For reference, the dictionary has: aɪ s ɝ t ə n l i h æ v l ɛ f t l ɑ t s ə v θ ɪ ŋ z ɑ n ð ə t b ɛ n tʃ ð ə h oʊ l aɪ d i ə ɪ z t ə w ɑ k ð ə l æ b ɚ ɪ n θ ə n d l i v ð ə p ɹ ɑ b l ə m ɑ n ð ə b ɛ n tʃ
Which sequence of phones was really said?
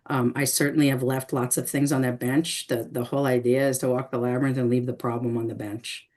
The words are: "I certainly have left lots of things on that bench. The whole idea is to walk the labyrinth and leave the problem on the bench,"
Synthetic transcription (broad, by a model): aɪ s ɝ t n l i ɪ v l ɛ f t l ɑ t s ə v θ ɪ ŋ z n ð ə t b ɛ n tʃ ð ə h oʊ l aɪ d i ə ɪ z t ə w ɑ k ð ə l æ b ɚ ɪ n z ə n l i v ð ə p ɹ ɑ b l ə m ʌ n ð ə b ɛ n tʃ